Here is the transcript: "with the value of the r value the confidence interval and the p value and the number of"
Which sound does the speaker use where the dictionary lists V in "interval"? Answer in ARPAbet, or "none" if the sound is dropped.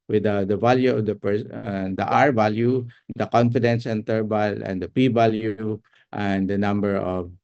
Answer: B